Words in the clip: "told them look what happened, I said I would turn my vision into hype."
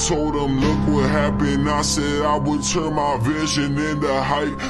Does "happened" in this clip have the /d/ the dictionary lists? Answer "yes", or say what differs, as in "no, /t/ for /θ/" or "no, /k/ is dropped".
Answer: no, /d/ is dropped